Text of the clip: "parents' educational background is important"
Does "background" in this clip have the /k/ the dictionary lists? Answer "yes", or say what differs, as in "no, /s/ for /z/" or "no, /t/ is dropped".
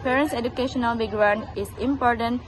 no, /k/ is dropped